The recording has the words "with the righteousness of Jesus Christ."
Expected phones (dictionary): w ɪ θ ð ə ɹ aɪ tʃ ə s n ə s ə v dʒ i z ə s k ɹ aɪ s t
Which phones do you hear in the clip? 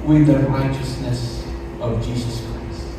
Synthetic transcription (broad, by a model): w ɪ ð ə ɹ aɪ tʃ ə s n ə s ə v dʒ i z ə s k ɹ aɪ s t